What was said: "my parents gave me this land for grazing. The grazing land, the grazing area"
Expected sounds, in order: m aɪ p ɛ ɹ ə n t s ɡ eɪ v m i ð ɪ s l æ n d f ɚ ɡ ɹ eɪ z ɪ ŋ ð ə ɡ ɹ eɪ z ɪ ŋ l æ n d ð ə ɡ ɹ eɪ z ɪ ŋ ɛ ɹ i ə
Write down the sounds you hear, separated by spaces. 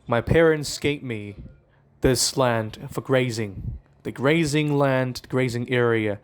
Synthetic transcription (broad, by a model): m aɪ p ɛ ɹ ə n t s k eɪ p m i ð ɪ s l æ n d f ɚ ɡ ɹ eɪ z ɪ ŋ ð ə ɡ ɹ eɪ z ɪ ŋ l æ n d ɡ ɹ eɪ z ɪ ŋ ɛ ɹ i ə